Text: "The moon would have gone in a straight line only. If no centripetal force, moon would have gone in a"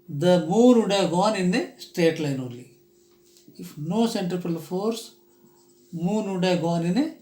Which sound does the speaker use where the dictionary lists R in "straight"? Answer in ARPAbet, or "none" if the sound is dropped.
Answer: none